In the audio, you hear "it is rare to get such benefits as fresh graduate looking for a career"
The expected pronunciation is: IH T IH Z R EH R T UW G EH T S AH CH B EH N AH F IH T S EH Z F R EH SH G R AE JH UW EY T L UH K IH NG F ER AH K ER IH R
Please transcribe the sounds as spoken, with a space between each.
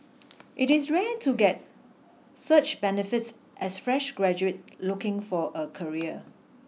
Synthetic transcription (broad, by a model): IH T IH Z R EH T UW G EH T S AH CH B EH N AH F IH T S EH S F R EH SH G R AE JH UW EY T L UH K IH NG F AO AH K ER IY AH